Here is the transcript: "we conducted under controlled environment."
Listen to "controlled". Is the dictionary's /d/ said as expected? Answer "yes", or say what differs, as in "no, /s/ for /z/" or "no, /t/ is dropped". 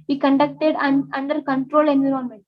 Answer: no, /d/ is dropped